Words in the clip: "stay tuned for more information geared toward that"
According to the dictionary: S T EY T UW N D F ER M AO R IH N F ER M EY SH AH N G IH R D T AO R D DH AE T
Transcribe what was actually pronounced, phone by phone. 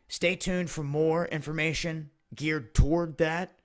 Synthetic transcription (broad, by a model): S T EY T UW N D F ER M AO R IH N F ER M EY SH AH N G IH R D T AO R D DH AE T